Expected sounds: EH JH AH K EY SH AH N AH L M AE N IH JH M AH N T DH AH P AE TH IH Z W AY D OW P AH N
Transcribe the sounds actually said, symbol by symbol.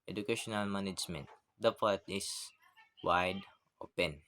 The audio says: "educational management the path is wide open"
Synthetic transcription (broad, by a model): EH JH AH K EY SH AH N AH L M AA N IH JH M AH N T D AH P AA T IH S W AY D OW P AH N